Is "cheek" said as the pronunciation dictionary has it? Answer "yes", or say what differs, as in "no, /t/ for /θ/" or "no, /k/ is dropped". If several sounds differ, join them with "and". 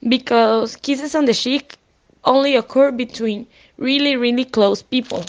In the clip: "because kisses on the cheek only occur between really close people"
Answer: no, /ʃ/ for /tʃ/